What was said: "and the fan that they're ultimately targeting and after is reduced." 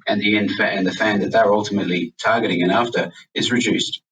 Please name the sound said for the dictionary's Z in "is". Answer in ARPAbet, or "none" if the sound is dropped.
Z